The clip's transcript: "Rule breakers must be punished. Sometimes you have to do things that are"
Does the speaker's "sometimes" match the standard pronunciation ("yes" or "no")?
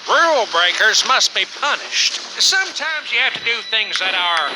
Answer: yes